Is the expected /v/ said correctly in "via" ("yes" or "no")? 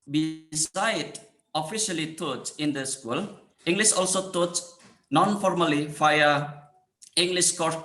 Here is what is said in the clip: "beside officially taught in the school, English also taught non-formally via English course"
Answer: no